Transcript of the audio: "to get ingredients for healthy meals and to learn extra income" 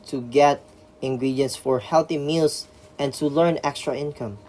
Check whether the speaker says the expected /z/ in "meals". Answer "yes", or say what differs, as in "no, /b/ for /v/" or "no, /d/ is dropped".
no, /s/ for /z/